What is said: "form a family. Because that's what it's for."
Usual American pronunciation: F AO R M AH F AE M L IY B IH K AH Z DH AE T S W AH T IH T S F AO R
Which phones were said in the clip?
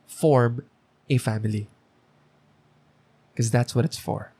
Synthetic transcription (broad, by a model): F AO R M AH F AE M IY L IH K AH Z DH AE T S W AH T IH T S F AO R